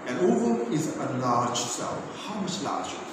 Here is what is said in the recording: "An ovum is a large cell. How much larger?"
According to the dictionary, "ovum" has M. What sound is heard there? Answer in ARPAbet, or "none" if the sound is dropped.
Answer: none